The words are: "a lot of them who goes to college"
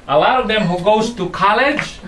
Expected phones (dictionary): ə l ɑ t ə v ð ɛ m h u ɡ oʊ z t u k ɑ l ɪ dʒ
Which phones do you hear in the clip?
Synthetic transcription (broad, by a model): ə l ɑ ə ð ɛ m h u ɡ oʊ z t u k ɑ l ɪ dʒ